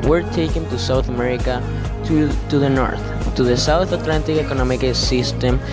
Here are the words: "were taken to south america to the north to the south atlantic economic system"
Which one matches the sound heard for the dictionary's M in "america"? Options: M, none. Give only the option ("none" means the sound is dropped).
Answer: M